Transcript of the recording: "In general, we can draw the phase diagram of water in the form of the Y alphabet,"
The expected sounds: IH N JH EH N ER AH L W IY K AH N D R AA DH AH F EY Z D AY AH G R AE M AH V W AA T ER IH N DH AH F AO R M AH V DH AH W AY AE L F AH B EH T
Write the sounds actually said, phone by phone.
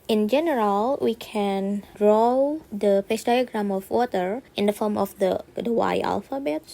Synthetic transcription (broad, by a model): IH N JH EH N ER AH L W IY K AH N D R AA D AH P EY S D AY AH G R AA M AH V W AA T ER IH N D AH F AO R M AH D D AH W AY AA L F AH B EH T